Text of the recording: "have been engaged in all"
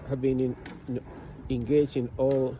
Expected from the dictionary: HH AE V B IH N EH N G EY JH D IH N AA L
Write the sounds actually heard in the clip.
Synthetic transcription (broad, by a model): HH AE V B IH N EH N G EY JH IH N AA L